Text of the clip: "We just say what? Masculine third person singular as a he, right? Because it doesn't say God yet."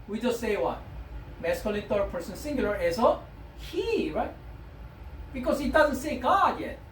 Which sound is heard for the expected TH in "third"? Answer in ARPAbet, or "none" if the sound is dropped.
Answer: T